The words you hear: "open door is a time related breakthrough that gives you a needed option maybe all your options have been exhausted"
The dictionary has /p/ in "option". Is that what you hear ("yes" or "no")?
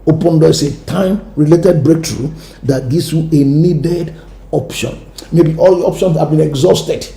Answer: yes